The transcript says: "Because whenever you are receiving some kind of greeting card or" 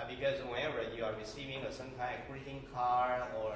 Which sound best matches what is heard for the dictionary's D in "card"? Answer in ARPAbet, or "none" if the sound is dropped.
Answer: none